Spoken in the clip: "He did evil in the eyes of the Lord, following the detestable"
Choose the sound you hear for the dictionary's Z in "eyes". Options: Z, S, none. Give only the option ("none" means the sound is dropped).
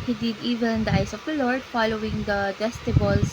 S